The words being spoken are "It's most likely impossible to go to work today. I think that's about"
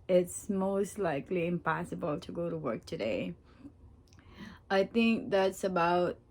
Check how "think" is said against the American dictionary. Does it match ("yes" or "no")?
yes